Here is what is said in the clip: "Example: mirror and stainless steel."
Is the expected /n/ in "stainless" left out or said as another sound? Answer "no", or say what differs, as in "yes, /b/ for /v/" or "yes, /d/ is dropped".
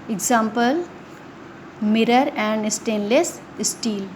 no